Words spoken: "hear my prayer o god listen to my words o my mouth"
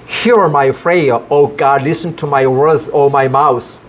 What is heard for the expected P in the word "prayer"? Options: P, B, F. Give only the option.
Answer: F